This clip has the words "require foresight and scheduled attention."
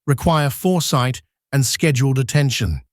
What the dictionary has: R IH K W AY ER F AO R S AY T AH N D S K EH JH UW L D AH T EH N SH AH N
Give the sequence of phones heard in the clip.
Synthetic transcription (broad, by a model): R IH K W AY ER F AO R S AY T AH N S K EH JH UW L D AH T EH N SH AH N